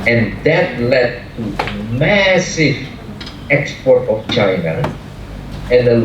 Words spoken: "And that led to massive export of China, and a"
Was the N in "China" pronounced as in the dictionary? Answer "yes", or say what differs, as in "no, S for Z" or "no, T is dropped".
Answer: yes